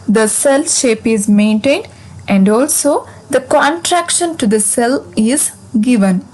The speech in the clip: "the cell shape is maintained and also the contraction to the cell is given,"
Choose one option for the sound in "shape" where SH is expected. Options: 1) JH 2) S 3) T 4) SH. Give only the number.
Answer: 4